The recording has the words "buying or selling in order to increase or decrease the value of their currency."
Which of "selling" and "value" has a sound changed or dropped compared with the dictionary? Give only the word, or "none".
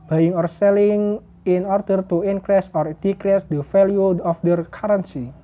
value